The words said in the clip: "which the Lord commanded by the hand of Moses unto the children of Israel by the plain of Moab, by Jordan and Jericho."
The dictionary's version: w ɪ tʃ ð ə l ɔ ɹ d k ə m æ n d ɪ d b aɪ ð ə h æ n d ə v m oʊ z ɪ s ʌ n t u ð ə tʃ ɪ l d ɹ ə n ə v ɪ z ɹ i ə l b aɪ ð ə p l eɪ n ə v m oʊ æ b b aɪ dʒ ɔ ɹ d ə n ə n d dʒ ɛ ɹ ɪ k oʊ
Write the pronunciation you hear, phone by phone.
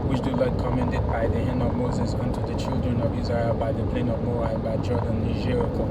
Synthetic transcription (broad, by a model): w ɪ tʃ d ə l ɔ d k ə m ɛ n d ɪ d b aɪ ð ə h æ n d ə v m oʊ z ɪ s ʌ n t u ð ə tʃ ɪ l d ɹ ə n ə v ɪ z ɹ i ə l b aɪ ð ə p l eɪ n ə v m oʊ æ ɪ b aɪ dʒ ɔ ɹ d ə n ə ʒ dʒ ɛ ɹ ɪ k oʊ